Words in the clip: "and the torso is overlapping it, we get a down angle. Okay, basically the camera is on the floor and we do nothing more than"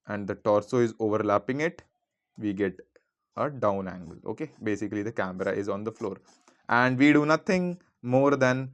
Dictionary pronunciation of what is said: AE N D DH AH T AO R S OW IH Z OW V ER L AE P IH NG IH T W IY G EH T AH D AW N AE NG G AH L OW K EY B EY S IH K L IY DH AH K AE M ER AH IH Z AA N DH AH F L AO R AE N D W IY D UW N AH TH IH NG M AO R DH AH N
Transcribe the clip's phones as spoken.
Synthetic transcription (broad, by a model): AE N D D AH T AO R S OW IH Z OW V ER L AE P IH NG IH T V IY G EH T AH D AW N AE NG G AH L OW K EY B EY S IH K L IY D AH K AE M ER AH IH Z AA N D AH F L AO R AE N D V IY D UW N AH T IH NG M AO R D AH N